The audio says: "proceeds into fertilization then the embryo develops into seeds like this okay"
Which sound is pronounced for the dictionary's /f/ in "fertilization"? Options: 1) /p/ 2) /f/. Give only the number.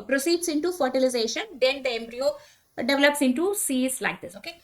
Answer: 2